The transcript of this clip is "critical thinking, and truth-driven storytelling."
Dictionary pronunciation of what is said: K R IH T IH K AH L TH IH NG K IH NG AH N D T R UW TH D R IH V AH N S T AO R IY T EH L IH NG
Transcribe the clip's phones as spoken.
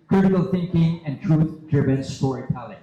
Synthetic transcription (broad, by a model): K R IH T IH K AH L TH IH NG K IH NG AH N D T R UW TH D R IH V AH N S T AO R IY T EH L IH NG